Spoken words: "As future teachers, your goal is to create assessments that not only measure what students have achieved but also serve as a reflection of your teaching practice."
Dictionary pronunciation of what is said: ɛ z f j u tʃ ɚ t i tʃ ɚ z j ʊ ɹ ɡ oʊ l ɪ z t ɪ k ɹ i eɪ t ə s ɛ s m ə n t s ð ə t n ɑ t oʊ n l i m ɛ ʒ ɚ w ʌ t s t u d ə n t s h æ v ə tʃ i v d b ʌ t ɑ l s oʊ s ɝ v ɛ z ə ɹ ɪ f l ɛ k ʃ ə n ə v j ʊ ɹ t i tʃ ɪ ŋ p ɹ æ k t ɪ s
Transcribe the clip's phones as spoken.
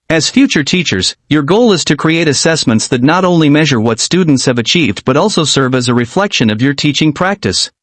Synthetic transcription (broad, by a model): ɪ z f j u tʃ ɚ t i tʃ ɚ z j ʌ ɹ ɡ oʊ l ɪ z t ɪ k ɹ i eɪ t ə s ɛ s m ə n t s ð ə t n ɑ t oʊ n l i m ɛ ʒ ɚ w ʌ t s t u d n t s h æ v ə tʃ i v d b ʌ t ɑ l s oʊ s ɝ v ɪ z ə ɹ ɪ f l ɛ k ʃ ə n ə v j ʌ ɹ t i tʃ ɪ ŋ p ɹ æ k t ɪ s